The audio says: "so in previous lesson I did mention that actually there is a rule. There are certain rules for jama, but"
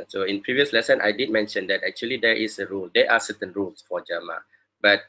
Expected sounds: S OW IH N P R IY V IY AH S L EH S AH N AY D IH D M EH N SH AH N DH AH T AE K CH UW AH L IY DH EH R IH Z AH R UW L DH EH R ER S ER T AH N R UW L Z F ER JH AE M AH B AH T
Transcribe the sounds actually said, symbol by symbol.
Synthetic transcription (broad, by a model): S OW IH N P R IY V IY AH S L EH S AH N AY D IH D M EH N SH AH N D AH T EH K CH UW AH L IY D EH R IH S AH R UW L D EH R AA S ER T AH N R UW L S F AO JH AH M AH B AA T